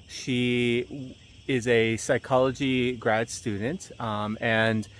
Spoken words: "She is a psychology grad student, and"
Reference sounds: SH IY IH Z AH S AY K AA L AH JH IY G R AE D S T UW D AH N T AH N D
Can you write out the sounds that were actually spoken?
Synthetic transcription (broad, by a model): SH IY IH Z AH S AY K AA L AH JH IY G R AE D S T UW D N T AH N